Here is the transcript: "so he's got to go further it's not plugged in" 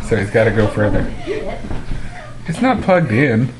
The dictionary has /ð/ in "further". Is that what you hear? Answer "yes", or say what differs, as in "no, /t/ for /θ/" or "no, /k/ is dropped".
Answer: yes